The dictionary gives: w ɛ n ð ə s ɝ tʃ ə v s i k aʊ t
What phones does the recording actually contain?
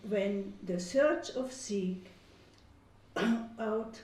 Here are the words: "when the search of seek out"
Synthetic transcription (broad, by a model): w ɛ n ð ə s ɝ tʃ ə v s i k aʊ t